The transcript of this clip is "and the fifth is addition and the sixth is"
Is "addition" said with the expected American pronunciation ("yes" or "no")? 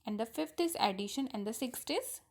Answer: yes